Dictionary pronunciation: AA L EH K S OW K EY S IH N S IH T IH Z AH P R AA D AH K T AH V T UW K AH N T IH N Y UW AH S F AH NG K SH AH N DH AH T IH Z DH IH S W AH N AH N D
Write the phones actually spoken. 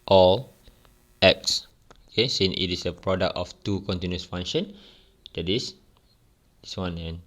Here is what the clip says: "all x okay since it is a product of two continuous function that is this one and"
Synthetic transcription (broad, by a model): AA L EH K S OW K EY S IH N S IH T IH S AH P R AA D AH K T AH F T UW K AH N T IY N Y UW S F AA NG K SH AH N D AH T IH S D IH S W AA N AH N